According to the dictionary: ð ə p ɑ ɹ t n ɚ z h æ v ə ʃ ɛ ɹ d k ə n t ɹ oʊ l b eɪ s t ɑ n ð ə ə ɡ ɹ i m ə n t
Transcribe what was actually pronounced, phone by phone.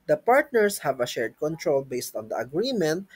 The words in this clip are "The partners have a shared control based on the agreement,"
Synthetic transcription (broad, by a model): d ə p ɑ ɹ t n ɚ s h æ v ə ʃ ɛ ɹ d k ə n t ɹ oʊ l b eɪ s t ɑ n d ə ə ɡ ɹ i m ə n t